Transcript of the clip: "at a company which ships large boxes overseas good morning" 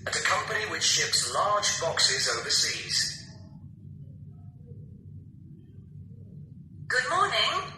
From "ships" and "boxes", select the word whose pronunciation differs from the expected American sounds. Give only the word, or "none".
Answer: none